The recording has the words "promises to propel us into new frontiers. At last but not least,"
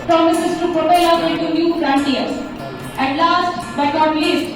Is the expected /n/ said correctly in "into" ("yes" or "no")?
no